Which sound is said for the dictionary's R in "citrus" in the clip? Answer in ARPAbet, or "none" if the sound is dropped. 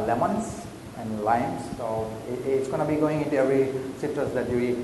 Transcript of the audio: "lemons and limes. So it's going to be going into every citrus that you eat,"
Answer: none